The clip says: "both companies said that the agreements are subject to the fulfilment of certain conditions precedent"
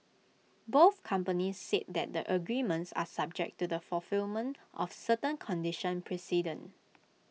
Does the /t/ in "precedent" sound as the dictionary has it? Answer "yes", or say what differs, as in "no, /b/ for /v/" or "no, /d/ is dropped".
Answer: no, /t/ is dropped